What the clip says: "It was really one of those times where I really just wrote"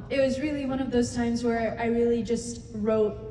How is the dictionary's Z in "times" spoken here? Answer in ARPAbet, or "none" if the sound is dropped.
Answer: Z